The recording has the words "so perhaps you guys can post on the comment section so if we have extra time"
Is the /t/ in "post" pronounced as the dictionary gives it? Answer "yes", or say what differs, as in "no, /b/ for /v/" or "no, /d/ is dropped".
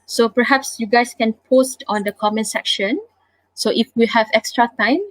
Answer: yes